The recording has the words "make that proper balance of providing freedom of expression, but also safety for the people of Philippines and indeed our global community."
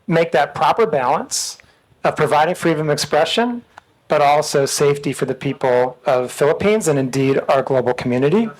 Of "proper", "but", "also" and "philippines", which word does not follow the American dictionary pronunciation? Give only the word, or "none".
none